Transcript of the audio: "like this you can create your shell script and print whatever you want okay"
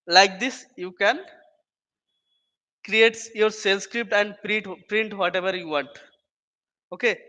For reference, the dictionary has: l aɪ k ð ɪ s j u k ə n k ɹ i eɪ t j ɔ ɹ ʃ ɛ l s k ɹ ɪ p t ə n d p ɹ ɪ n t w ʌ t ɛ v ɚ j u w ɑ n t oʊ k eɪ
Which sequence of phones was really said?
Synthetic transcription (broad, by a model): l aɪ k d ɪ s j u k ə n k ɹ i eɪ t j ɔ ɹ s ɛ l s k ɹ ɪ p t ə n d p ɹ ɪ n t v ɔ t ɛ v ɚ j u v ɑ n t oʊ k eɪ